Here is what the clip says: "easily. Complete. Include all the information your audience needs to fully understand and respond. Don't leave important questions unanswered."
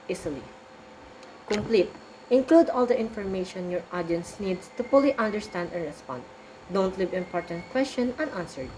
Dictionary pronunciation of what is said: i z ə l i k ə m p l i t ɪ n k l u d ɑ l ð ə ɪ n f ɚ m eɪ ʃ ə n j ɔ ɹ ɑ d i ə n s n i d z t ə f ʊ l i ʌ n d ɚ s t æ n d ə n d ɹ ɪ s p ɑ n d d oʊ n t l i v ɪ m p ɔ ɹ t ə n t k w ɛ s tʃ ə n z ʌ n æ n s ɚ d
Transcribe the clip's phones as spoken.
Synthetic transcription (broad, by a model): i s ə l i k ə m p l i t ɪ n k l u d ɑ l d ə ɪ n f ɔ m eɪ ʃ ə n j ɔ ɹ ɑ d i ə n s n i d s t ə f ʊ l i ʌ n d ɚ s t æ n d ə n ɹ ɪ s p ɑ n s d oʊ n t l i v ɪ m p ɔ ɹ t ə n t k w ɛ s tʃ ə n ʌ n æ n s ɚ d